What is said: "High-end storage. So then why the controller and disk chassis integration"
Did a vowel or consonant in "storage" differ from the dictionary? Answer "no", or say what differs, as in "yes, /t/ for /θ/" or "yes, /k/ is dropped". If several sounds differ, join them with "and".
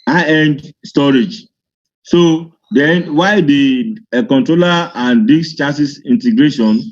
no